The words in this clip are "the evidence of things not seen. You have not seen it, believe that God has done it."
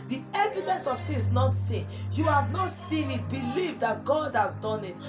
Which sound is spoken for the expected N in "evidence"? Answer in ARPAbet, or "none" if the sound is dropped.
none